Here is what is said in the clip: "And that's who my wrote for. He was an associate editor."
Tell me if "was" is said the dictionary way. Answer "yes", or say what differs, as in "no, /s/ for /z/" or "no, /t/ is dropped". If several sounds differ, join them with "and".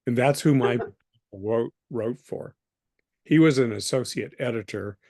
yes